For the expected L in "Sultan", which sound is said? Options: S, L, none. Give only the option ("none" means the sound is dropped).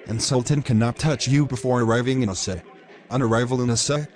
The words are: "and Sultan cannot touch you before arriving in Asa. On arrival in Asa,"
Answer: L